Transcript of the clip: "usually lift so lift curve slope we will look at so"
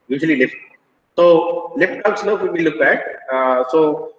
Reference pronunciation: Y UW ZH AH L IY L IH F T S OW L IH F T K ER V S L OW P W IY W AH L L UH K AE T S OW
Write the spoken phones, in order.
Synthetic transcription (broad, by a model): Y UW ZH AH L IY L IH F T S OW L IH F T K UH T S N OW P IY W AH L L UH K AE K S OW